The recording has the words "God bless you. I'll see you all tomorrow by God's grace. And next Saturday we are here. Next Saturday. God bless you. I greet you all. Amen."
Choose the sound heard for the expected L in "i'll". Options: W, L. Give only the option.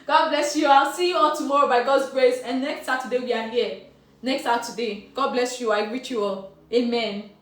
L